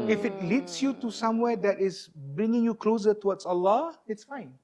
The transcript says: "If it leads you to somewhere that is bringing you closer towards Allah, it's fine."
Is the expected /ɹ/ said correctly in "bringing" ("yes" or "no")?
yes